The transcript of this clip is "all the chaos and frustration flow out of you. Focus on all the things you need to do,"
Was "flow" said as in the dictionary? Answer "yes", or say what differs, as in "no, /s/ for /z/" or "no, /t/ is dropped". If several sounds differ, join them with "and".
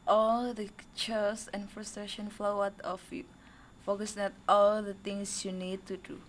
yes